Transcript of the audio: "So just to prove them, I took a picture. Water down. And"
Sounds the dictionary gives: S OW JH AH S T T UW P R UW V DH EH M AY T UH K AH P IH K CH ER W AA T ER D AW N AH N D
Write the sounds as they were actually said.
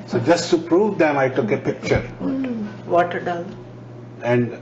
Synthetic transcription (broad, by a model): S OW JH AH S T T UW P R UW V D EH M AY T UH K AH P IH K CH ER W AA T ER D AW L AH N D